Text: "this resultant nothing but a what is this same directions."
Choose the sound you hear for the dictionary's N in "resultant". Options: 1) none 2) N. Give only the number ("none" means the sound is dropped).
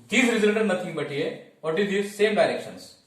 1